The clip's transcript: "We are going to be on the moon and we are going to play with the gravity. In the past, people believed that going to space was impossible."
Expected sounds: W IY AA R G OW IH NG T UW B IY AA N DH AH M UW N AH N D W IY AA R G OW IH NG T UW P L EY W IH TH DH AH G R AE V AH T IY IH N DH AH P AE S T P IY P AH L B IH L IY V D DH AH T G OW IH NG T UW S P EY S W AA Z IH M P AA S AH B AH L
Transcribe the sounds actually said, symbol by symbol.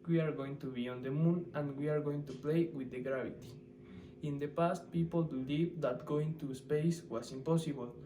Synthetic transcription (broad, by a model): W IY AA R G OW IH NG T UW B IY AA N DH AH M UW N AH N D W IY AA R G OW IH NG T UW P L EY W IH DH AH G R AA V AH T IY IH N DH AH P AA S T P IY P AH L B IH L IY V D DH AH T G OW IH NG T UW S P EY S W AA S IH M P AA S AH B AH L